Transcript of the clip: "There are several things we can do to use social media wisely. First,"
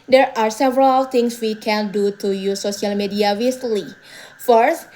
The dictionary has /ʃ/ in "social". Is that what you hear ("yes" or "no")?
no